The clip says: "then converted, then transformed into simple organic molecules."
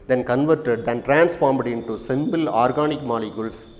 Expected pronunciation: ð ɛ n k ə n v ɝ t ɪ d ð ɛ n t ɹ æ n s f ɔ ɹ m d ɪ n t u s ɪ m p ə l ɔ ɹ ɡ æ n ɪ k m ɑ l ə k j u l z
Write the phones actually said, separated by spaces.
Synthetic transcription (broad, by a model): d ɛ n k ə n v ɝ t ɪ d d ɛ n t ɹ æ n s f ɔ ɹ m d ɪ n t u s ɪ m b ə l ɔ ɹ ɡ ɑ n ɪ k m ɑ l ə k j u l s